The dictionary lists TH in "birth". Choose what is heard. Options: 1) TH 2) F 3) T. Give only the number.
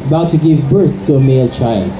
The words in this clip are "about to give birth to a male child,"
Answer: 1